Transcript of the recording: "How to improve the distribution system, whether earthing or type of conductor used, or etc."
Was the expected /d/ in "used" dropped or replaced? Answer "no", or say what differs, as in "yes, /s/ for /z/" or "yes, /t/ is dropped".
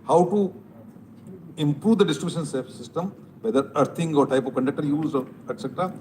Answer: yes, /d/ is dropped